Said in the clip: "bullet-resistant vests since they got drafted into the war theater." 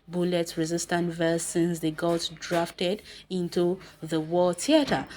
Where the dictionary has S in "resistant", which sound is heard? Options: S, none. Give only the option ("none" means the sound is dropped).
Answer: S